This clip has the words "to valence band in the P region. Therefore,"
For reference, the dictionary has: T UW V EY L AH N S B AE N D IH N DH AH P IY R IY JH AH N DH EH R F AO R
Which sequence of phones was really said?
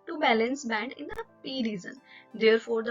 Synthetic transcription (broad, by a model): T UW B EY L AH N S B AE N D IH N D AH P IY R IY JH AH N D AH R F AO R